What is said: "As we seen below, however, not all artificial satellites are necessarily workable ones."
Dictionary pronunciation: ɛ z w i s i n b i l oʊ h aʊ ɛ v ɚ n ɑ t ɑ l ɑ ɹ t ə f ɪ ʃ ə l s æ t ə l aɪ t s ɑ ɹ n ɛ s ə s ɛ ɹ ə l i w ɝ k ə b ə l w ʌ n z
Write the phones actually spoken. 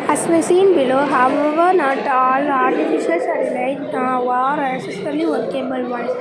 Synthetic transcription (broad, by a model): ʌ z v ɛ s i n b i l oʊ h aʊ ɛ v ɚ n ɑ t ɑ l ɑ ɹ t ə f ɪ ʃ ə l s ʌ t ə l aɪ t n ɑ ɹ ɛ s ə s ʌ l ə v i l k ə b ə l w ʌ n